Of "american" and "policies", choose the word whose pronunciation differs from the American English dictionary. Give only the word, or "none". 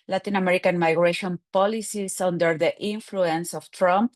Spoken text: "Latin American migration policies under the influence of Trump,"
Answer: policies